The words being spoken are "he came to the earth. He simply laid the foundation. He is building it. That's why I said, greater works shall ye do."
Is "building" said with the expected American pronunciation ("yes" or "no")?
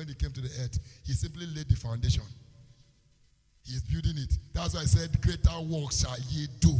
no